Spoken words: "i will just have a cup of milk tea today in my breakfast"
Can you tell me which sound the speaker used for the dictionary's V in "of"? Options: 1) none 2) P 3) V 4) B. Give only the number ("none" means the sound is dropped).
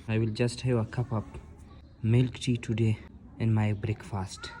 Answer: 2